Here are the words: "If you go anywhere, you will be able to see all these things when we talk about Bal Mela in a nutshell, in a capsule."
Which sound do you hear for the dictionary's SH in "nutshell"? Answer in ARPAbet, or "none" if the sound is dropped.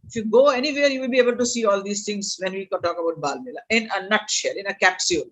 SH